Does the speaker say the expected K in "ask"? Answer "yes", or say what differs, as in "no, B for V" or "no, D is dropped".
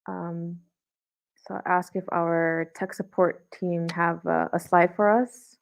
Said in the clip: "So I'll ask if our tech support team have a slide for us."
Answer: yes